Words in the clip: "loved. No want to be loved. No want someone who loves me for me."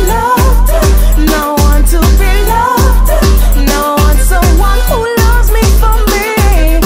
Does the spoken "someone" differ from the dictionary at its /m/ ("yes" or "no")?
yes